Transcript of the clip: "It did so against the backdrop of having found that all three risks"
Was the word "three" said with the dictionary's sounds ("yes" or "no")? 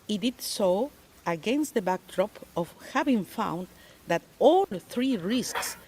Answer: yes